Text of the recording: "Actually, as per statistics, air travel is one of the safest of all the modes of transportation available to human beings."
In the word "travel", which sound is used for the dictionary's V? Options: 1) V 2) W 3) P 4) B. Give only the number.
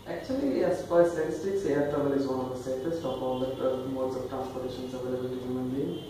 4